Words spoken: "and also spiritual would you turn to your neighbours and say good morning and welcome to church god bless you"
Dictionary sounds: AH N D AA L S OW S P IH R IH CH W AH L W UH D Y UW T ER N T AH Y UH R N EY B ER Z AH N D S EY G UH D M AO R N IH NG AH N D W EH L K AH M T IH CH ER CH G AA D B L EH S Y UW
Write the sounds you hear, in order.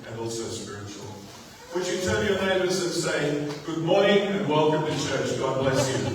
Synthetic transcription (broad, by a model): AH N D AA L S OW S P IH R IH CH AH L W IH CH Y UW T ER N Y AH R N EY B ER Z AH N S EY G UH D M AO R IH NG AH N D W EH L K AH M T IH CH ER CH G AA D B L EH S Y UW